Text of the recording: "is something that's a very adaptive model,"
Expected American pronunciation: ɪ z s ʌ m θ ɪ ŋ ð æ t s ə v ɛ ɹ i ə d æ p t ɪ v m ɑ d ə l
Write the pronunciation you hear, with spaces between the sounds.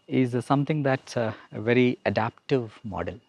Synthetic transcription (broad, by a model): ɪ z s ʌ m t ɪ ŋ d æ t s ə v ɛ ɹ i ə d æ p t ɪ v m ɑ d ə l